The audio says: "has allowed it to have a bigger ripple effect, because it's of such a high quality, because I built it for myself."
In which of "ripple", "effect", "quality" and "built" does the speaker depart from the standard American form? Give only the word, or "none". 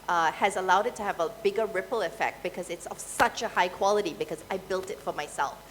none